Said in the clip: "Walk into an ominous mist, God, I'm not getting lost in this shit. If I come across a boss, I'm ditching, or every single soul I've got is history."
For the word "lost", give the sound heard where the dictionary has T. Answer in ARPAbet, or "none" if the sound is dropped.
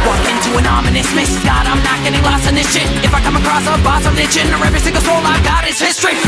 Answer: none